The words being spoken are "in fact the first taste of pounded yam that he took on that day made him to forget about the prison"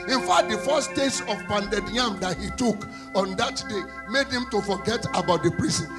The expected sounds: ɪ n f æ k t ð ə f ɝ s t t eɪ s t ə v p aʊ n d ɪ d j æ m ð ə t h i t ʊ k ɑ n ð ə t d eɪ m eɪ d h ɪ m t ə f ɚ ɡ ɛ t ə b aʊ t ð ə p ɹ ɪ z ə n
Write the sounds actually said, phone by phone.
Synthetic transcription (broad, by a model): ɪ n f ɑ t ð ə f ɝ s t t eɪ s ə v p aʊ n d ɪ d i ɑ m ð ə t h i t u k ɑ n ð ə t d eɪ m eɪ d h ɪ m t ə f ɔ ɡ ɛ t ə b aʊ t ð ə p ɹ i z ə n